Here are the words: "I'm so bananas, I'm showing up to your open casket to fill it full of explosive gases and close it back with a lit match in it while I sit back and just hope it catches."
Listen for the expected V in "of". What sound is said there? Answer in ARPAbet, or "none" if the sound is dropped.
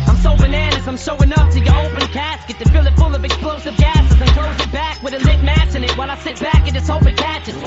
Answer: V